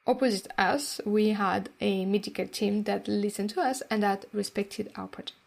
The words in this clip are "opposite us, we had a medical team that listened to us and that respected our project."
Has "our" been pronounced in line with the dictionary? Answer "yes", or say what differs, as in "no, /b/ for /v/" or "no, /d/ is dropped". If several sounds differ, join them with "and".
no, /l/ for /ɹ/